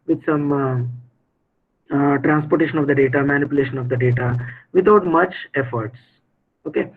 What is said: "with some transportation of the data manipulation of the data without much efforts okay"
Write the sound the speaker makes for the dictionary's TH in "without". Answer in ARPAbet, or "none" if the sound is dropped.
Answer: T